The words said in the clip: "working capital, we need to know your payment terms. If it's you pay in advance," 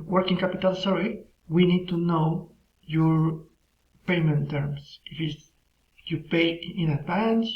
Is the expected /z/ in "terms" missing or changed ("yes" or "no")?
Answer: yes